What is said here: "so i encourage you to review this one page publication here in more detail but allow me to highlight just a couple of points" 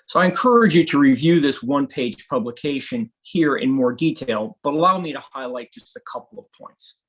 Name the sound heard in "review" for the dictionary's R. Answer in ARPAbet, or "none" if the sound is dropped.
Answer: R